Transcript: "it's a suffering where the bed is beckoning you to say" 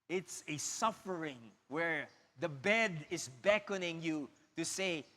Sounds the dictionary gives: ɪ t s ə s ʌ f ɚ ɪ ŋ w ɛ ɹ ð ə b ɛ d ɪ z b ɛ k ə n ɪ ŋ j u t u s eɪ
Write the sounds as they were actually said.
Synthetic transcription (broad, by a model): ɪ t s ə s ʌ f ɚ ɪ ŋ w ɛ ɹ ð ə b ɛ d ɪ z b ɛ k ə n ɪ ŋ j u t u s eɪ